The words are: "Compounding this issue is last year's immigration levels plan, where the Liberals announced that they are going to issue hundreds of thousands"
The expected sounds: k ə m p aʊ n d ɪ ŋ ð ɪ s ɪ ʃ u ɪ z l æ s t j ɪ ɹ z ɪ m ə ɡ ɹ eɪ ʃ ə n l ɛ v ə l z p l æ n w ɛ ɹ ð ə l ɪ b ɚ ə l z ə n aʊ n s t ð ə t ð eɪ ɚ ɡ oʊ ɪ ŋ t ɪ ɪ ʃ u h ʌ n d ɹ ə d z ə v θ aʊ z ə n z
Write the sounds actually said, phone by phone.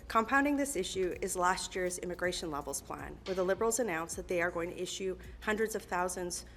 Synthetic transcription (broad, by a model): k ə m p aʊ n d ɪ ŋ ð ɪ s ɪ ʃ u ɪ z l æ s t j ɪ ɹ z ɪ m ə ɡ ɹ eɪ ʃ ə n l ɛ v l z p l æ n w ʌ ɹ ð ə l ɪ b ɚ l z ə n aʊ n s ð ə t ð eɪ ɚ ɡ oʊ ɪ ŋ t ɪ ɪ ʃ u h ʌ n d ɹ ə d z ə v θ aʊ z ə n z